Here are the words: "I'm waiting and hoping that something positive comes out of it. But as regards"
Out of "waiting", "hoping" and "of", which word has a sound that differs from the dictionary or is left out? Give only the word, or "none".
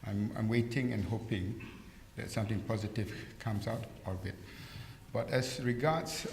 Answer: of